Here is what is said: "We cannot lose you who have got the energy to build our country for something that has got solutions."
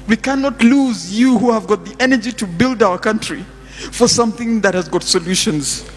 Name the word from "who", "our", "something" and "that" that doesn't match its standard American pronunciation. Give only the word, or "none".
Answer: none